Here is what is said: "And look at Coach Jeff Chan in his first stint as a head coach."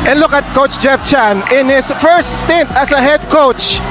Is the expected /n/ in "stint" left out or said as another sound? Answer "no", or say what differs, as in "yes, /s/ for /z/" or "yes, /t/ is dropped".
no